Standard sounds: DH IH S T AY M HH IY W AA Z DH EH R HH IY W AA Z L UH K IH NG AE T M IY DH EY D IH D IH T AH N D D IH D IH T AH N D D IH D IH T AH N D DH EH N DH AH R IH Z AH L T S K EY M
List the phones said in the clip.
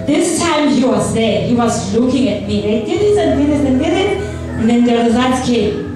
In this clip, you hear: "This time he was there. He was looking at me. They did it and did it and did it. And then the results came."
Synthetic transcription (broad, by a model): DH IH S T AY M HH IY W AA Z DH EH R HH IY W AA Z L UH K IH NG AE T M IY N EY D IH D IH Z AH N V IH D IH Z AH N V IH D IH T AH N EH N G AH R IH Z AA T K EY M